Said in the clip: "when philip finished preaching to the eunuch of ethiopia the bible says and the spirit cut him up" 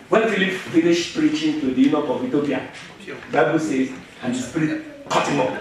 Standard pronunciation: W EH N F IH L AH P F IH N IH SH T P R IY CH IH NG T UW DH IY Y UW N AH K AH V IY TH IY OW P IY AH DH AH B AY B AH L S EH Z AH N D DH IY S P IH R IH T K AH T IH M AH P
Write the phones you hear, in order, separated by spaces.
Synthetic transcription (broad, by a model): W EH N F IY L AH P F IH L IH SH P R IY CH IH NG T UW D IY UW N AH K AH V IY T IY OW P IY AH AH B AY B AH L S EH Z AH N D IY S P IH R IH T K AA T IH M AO